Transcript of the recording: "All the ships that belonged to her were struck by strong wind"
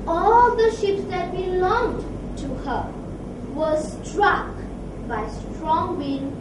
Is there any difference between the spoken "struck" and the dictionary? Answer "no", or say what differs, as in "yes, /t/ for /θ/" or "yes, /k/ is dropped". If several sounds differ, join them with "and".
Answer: no